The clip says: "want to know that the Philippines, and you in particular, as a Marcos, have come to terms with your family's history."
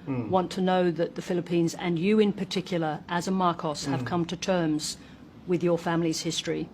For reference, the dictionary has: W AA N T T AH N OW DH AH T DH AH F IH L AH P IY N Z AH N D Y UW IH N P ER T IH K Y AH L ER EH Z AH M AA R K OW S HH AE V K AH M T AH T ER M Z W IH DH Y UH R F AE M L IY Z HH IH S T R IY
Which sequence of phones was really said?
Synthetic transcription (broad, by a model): W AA N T T AH N OW DH AH T DH AH F IH L AH P IY N Z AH N Y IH IH N P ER T IH K Y L ER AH Z AH M AA R K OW S HH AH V K AH M T AH T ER M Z W IH DH Y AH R F AE M L IY Z HH IH S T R IY